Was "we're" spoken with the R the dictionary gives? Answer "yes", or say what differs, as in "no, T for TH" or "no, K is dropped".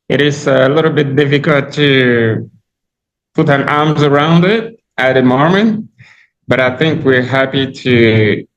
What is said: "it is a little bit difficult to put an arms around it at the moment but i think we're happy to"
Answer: yes